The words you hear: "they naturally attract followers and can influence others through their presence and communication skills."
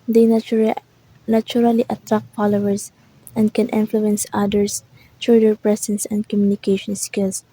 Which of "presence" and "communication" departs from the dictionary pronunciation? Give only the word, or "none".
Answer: presence